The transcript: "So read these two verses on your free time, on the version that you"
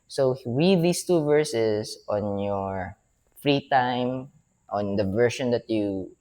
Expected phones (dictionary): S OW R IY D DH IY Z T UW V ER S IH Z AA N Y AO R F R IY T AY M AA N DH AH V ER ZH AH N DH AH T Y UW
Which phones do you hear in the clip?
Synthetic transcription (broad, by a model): S OW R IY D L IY S T UW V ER S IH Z AA N Y AO R F R IY T AY M AA N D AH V ER SH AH N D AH T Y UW